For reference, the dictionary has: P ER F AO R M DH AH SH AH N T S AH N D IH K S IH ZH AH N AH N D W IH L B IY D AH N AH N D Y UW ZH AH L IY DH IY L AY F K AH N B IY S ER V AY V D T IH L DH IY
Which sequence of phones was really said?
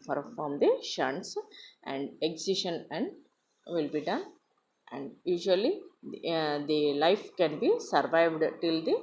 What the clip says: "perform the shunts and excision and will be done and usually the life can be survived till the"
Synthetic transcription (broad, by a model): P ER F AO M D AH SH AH N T S AH N D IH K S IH SH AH N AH N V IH L B IY D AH N AH N D Y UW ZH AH L IY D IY L AY F K AH N B IY S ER V AY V D T IH L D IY